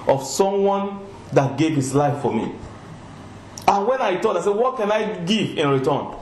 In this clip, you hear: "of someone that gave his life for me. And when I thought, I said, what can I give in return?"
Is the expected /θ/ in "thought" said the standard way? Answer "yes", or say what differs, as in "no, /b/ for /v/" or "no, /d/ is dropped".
no, /t/ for /θ/